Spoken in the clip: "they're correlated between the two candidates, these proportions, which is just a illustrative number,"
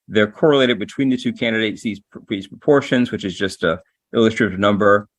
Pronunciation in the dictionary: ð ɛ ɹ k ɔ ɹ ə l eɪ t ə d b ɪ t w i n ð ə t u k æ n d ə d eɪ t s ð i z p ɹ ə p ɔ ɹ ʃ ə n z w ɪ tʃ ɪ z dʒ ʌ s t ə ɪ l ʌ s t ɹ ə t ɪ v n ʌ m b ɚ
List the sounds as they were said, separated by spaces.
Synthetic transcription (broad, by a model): ð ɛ ɹ k ɔ ɹ ə l eɪ t ə d b ɪ t w i n ð ə t u k æ n d ə d eɪ t s ð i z p ɹ ə p ɔ ɹ ʃ ə n z w ɪ tʃ ɪ z dʒ ʌ s t ə ɪ l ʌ s t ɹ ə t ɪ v n ʌ m b ɚ